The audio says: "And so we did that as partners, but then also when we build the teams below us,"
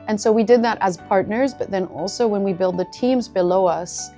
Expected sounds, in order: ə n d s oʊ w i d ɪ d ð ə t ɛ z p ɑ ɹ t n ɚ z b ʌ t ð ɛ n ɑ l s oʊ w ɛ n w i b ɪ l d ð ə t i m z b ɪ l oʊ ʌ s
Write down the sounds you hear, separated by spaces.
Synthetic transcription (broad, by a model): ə n s oʊ w i d ɪ d ð ə t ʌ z p ɑ ɹ t n ɚ z b ʌ t ð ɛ n ɑ l s oʊ w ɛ n w i b ɪ l d ð ə t i m z b ɪ l oʊ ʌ s